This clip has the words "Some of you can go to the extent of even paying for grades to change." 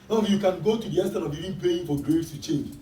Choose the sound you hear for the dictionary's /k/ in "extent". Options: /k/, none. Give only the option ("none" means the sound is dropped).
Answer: none